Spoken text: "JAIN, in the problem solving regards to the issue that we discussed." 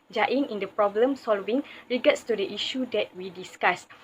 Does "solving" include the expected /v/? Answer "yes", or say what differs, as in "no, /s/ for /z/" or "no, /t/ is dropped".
yes